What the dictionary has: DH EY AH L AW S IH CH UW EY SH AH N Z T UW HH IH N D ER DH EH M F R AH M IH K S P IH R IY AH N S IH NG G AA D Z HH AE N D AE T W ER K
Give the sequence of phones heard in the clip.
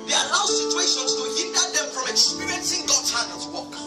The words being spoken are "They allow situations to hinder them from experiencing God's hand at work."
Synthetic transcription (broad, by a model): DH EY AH L AW S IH CH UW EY SH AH N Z T UW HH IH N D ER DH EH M F R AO M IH K S P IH R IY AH N S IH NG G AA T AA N AH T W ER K